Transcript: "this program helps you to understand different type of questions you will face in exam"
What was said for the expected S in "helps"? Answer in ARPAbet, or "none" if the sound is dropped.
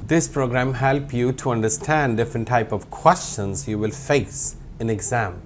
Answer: none